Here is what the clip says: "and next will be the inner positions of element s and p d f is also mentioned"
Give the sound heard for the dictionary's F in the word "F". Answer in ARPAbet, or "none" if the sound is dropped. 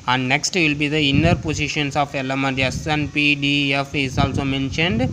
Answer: F